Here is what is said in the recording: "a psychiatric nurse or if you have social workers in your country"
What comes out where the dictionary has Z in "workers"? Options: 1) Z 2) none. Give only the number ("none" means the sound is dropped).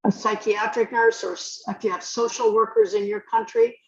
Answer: 1